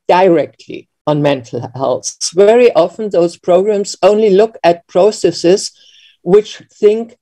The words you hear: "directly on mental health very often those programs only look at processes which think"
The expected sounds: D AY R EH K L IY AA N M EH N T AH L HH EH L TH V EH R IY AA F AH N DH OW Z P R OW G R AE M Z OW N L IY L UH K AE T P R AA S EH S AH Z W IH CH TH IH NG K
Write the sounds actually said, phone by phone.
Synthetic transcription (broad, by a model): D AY R EH K L IY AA N M EH N T L HH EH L S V EH R IY AA F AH N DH OW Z P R OW G R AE M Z OW N L IY L UH K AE T P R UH S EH S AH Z W IH CH TH IH NG K